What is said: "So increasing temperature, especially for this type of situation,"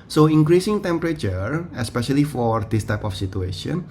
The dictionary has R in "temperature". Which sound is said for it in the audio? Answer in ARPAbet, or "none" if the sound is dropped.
R